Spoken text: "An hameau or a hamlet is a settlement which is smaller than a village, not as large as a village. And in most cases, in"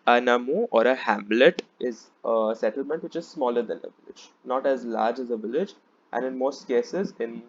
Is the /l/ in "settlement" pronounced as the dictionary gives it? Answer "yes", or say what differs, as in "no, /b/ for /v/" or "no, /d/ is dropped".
yes